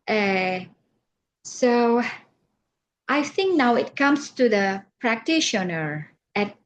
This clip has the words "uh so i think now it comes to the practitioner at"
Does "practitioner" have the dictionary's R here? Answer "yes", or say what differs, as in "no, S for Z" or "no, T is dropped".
yes